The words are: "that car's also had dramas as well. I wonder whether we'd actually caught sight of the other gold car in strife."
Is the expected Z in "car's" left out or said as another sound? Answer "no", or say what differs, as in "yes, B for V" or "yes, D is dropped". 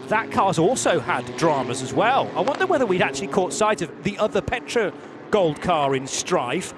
no